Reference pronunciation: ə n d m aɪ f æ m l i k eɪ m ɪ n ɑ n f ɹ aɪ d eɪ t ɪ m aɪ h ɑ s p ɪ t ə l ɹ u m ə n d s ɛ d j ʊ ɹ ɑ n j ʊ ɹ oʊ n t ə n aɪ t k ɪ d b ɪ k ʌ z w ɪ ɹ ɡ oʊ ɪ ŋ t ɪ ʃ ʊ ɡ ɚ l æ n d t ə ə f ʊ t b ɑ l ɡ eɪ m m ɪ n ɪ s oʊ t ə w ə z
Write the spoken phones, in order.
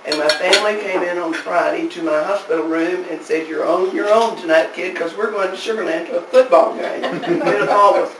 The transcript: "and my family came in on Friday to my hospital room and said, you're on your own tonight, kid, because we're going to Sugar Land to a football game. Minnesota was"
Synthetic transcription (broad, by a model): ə n m aɪ f æ m l i k eɪ m ɪ n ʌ n f ɹ aɪ d eɪ t ɪ m aɪ h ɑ s p ɪ t l ɹ u m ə n s ɛ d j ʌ ɹ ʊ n j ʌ ɹ oʊ n t ə n aɪ t k ɪ d k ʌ z w ɪ ɹ ɡ oʊ ɪ ŋ t ɪ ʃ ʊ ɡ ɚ n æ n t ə ə f ʊ t b ɑ l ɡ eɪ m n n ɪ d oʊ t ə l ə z